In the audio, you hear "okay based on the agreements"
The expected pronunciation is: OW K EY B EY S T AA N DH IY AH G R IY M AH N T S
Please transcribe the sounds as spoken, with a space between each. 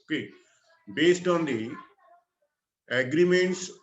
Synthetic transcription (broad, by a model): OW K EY B EY S T AA N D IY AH G R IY M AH N T S